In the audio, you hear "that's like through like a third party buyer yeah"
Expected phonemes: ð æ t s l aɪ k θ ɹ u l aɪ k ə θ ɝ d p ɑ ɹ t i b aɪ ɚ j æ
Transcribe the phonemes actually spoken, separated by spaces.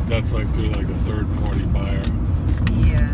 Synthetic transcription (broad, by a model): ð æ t s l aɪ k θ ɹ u l aɪ k ə θ ɝ d p ɑ ɹ t i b aɪ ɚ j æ